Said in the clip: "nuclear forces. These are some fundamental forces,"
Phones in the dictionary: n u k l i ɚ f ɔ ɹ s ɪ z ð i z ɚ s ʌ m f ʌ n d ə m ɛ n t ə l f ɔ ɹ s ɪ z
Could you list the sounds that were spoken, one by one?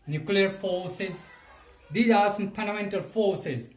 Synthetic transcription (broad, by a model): n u k l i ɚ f ɔ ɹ s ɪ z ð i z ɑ s ʌ m p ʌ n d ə m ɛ n t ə l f ɔ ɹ s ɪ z